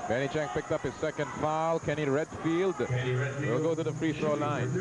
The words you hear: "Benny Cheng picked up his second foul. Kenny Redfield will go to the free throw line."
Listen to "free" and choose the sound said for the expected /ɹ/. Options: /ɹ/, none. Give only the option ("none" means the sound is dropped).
/ɹ/